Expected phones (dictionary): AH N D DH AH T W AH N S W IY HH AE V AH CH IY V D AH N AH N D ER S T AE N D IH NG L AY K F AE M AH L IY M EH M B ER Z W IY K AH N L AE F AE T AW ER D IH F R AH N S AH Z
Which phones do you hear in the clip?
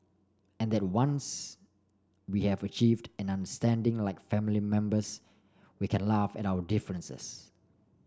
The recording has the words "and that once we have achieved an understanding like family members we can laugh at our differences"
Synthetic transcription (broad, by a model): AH N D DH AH T W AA N S W IY HH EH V AH CH IY V D AH N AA N D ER S T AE N D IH NG L AY K F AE M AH L IY M EH M B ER S W IY K AH N L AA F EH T AW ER D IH F R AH N S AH S